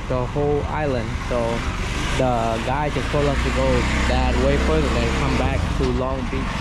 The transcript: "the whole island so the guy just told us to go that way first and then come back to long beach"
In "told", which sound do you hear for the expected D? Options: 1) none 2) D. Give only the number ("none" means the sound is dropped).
1